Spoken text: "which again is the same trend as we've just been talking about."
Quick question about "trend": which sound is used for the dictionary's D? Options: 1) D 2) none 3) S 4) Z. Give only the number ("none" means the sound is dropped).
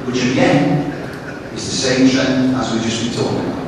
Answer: 2